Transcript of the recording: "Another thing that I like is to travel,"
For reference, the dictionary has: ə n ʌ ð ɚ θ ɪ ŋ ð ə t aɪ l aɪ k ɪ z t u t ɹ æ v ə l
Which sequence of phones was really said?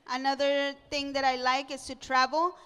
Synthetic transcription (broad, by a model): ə n ʌ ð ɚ t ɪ ŋ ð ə t aɪ l aɪ k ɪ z t u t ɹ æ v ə l